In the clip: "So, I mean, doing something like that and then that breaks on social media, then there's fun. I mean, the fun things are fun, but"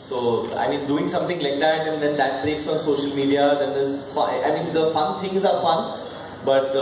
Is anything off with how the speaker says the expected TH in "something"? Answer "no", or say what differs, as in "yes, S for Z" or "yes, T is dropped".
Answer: yes, T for TH